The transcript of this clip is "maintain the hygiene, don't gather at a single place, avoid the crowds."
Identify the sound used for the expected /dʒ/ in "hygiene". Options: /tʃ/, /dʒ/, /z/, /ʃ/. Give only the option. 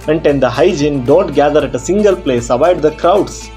/dʒ/